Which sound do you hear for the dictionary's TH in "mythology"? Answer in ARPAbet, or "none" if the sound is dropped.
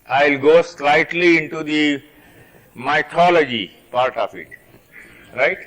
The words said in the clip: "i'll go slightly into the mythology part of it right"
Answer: T